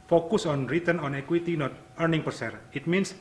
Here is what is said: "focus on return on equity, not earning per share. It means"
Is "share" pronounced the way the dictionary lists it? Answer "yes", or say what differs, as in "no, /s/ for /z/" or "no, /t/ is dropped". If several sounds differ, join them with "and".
no, /s/ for /ʃ/